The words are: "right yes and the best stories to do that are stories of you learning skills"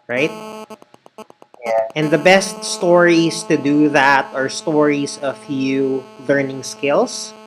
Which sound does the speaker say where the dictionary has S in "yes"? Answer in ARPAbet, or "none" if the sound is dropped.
none